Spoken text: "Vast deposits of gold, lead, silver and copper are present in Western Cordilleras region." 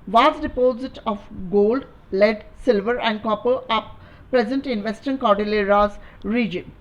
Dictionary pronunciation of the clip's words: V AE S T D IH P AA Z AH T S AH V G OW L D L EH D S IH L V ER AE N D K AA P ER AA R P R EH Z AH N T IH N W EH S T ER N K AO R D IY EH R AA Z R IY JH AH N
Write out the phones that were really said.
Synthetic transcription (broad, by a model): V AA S D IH P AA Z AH T AH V G OW L D L EH D S IH L V ER AE N D K AA P ER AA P P R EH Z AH N T IH N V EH S T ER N K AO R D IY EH R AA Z R IY JH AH N